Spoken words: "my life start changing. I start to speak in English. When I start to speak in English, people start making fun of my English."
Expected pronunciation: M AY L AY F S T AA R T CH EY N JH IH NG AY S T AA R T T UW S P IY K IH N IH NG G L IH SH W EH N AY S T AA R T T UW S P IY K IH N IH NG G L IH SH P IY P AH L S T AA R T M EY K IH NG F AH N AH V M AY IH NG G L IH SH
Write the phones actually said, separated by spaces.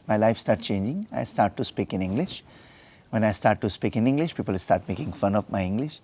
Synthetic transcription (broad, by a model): M AY L AY F S T AA R T CH EY N JH IH NG AY S T AA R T T UW S P IY K IH N IH NG G L IH SH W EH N AY S T AA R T T UW S P IY K IH N IH NG G L IH SH P IY P AH L S T AA R T M EY K IH NG F AH N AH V M AY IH NG G L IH SH